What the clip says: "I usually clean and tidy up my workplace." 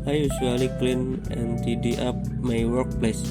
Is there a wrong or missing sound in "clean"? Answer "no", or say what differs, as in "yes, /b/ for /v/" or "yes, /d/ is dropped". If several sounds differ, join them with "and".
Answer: no